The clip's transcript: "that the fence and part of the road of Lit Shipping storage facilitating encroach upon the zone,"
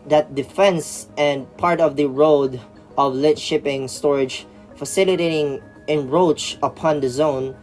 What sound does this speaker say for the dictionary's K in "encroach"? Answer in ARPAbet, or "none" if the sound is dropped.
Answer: none